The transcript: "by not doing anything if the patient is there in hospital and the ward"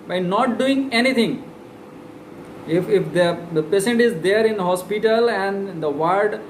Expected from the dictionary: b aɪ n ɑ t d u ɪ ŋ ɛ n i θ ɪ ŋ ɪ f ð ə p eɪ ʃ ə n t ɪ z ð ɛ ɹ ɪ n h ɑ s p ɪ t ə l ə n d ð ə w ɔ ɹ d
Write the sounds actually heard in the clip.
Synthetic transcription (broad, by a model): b aɪ n ɑ t d u ɪ ŋ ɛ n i t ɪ ŋ ɪ f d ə p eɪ s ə n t ɪ z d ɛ ɹ ɪ n h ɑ s p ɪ t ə l ə n d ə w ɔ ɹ d